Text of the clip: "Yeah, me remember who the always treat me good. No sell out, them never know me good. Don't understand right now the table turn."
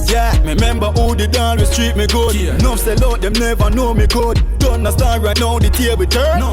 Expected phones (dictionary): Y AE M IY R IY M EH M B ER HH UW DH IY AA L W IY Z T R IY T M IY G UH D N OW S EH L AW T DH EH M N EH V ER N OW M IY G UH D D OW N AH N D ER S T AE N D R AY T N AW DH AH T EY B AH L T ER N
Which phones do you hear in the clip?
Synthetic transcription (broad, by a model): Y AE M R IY M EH M B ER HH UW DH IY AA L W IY S T R IY T M IY G UH D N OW S EH L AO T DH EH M N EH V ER N OW M IY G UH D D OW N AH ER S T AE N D R AY T N AW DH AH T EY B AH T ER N